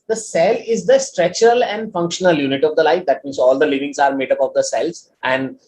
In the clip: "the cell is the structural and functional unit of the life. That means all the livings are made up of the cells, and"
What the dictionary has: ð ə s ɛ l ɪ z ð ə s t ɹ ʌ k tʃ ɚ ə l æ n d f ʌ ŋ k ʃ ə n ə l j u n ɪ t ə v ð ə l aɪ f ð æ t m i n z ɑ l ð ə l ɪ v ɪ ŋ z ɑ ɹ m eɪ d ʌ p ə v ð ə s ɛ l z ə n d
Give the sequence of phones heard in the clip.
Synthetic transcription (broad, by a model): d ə s ɛ l ɪ z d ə s t ɹ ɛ tʃ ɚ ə l æ n d f ʌ ŋ k ʃ ə n ə l j u n ɪ t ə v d ə l aɪ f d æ t m i n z ɑ l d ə l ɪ v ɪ ŋ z ɑ ɹ m eɪ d ʌ p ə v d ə s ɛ l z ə n d